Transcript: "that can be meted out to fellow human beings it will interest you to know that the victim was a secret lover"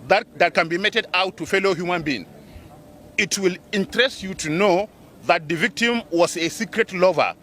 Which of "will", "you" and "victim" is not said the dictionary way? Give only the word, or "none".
none